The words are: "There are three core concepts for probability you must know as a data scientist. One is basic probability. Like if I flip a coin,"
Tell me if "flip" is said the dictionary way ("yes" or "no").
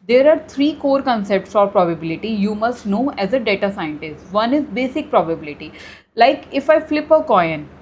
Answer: yes